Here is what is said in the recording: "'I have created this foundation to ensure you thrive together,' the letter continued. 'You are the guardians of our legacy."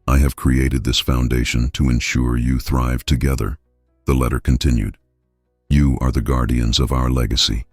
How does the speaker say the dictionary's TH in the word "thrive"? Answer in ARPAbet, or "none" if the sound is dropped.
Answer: TH